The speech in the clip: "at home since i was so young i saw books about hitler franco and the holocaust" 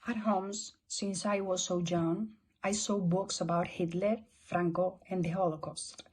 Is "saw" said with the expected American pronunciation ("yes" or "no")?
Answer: yes